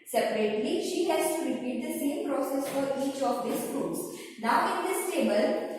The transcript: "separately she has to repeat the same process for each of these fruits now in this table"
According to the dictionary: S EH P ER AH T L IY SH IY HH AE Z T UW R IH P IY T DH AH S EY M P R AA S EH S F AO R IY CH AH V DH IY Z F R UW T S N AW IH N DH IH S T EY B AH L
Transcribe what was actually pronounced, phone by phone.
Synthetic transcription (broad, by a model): S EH P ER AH T L IY SH IY HH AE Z T UW R IH P IY T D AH S EY M P R AA S EH S F AO R IY CH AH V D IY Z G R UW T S N AW IH N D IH S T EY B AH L